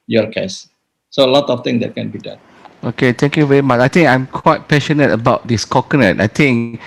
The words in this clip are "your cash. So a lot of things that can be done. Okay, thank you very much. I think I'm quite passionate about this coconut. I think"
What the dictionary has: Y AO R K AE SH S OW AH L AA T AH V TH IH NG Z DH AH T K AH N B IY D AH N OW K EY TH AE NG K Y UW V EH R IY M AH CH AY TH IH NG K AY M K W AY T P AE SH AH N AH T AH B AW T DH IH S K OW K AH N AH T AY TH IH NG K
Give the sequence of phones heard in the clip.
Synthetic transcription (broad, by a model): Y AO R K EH S S OW AH L AA T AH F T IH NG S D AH T K AH N B IY D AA N OW K EY T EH NG K Y UW V EH R IY M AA CH AY T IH NG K AY M K W AY T P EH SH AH N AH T AH B AW T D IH S K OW K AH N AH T AY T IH NG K